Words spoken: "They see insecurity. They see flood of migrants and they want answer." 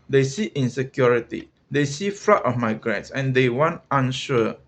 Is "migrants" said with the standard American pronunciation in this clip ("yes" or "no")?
yes